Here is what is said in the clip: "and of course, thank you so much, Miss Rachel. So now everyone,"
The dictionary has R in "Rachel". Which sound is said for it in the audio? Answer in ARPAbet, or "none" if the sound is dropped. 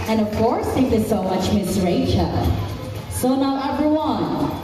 R